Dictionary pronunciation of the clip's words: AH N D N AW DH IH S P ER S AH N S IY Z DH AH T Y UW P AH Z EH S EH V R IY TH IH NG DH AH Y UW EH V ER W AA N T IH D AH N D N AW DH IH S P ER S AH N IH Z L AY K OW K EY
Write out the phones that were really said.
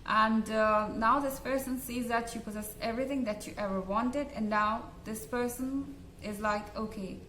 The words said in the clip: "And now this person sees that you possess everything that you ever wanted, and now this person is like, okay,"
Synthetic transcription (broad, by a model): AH N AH N AW DH IH S P ER S AH N S IY Z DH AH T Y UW P AH Z EH S EH V R IY TH IH NG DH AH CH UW EH V ER W AA N T IH D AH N N AW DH IH S P ER S AH N IH Z L AY K OW K EY